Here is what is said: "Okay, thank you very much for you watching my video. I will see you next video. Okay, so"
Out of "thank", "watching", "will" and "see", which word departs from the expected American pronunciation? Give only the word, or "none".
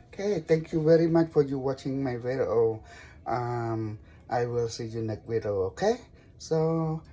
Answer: thank